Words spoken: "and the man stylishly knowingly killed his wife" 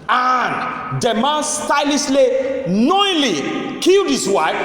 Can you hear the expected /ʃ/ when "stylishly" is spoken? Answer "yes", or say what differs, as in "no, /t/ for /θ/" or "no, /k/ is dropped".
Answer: no, /s/ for /ʃ/